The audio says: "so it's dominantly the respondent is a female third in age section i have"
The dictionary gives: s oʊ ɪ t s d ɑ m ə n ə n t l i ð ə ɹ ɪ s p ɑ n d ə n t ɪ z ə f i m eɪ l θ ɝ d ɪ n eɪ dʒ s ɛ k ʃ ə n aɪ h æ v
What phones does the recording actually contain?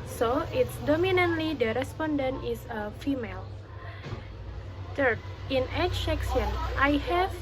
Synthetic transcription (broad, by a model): s oʊ ɪ t s d ɑ m ə n ə n t l i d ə ɹ ɪ s p ɑ n d ə n t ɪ s ə f i m eɪ l t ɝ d ɪ n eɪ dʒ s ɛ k s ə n aɪ h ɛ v